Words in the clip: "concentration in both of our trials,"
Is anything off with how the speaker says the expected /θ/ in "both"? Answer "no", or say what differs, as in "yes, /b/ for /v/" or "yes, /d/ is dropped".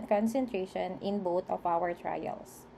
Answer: yes, /t/ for /θ/